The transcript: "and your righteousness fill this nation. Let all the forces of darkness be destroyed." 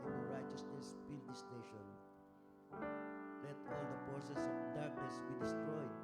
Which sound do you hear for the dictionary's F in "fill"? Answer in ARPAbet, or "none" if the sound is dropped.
P